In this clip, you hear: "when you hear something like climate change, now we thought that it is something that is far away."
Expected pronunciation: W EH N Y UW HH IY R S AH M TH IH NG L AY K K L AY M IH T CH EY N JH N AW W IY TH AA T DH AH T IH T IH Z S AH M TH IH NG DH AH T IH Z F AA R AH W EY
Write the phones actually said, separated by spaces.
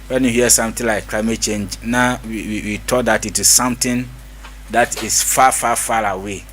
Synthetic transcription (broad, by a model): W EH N Y UW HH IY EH S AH M T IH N L AY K K L AY M IH T CH EY N JH N AW W IY T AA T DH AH T IH T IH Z S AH M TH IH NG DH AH T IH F F AA R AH W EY